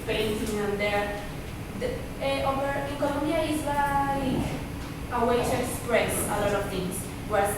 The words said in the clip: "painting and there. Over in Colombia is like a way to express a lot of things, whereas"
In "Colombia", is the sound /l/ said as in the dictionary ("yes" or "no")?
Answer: no